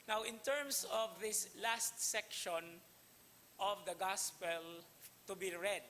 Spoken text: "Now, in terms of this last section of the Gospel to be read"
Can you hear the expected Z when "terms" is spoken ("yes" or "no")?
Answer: no